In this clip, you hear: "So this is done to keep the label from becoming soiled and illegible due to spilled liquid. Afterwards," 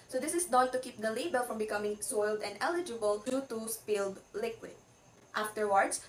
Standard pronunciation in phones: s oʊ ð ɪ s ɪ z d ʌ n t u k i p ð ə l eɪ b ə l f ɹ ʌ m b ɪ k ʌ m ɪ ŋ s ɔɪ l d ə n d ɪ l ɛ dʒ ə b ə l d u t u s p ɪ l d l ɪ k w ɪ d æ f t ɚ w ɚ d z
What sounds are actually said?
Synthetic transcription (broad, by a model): s oʊ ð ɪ s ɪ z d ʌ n t u k i p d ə l eɪ b ə l f ɹ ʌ m b ɪ k ʌ m ɪ ŋ s ɔɪ l d ə n d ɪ l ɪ dʒ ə b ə l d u t u s p ɪ l d l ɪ k w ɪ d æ f t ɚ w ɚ d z